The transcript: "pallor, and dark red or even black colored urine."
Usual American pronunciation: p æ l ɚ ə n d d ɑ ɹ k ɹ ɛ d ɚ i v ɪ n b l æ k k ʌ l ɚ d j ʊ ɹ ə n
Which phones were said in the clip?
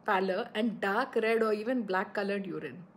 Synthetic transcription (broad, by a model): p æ l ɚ ə n d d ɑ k ɹ ɛ d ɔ i v ɪ n b l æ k k ʌ l ɚ d j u ɹ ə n